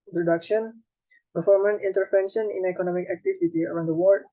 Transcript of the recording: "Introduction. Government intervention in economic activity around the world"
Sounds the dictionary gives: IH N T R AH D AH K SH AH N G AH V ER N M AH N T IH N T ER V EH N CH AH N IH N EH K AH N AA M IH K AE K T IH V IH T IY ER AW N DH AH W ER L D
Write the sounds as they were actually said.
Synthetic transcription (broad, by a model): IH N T R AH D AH K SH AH N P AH F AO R M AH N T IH N T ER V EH N SH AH N IH N EH K AH N AA M IH K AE K T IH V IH T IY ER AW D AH W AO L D